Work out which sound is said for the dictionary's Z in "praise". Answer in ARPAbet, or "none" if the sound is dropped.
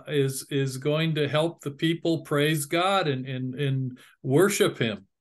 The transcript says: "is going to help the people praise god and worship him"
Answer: Z